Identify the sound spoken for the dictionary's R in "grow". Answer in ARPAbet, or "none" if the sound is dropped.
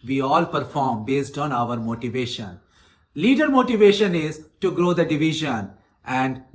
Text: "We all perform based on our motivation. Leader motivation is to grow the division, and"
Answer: R